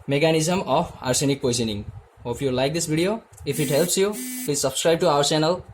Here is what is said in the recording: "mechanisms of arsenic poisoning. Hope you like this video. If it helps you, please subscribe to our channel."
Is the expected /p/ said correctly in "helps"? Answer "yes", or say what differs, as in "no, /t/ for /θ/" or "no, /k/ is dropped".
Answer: yes